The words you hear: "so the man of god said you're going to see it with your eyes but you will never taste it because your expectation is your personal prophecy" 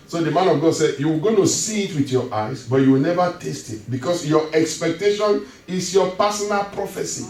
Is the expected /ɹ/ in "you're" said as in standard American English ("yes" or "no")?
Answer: no